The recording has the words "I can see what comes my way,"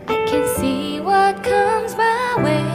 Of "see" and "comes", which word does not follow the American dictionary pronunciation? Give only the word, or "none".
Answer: none